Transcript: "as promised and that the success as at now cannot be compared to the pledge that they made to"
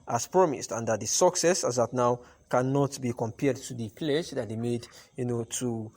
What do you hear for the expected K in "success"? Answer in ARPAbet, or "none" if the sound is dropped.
K